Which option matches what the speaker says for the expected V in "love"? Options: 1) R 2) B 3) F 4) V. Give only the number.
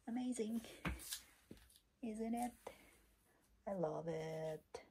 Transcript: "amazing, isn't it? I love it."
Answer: 4